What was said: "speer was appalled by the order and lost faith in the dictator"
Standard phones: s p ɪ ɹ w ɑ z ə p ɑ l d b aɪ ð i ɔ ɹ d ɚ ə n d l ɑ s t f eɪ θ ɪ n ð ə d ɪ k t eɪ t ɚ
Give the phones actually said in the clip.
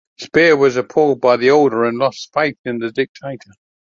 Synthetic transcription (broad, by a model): s p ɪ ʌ w ɑ z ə p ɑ l d b aɪ ð i ɔ l d ɚ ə n l ɑ s t f eɪ θ ɪ n ð ə d ɪ k t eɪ t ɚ